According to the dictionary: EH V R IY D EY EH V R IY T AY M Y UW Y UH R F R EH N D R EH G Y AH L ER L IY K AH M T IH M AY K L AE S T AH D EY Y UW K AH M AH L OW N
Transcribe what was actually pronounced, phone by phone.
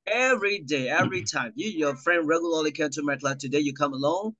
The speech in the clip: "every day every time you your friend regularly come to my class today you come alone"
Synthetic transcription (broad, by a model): EH V R IY D EY EH V R IY T AY M Y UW Y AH R F R EH N D R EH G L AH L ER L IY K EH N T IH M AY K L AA T AH D EY Y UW K AH M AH L OW N